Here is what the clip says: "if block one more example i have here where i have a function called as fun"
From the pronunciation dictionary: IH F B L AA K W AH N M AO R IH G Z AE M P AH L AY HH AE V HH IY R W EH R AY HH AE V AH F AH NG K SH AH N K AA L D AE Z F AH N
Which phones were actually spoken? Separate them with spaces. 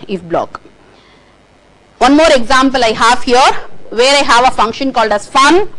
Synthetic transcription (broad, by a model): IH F B L AA K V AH N M AO R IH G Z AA M P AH L AY HH AE V HH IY R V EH R AY HH AE V AH F AH NG K SH AH N K AA L D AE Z F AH N